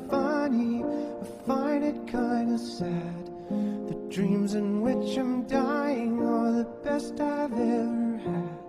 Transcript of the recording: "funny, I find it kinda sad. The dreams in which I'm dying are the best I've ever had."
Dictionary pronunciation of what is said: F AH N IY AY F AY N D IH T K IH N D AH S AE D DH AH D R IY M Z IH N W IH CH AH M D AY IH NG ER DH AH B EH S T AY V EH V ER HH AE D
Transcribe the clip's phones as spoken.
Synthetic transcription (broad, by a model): F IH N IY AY F AY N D IH T K IH N D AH S AE D DH AH D R IY M Z IH N W IH CH AH M D AY IH NG ER DH AH B EH S T AY V EH V ER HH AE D